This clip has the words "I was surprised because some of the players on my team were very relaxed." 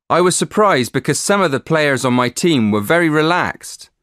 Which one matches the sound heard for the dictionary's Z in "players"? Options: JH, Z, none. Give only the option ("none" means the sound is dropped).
Z